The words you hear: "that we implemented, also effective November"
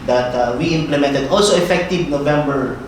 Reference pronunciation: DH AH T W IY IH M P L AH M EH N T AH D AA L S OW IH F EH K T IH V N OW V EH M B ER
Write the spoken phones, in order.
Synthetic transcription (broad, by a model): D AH T W IY IH M P L AH M EH N T AH D AA L S OW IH F EH K T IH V N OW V EH M B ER